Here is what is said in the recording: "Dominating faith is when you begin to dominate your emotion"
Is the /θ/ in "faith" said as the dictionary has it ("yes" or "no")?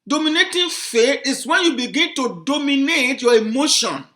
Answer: no